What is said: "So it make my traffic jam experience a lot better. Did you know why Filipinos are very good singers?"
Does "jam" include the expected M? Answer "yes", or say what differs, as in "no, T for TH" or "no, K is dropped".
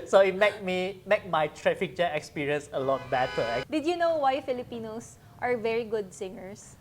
no, M is dropped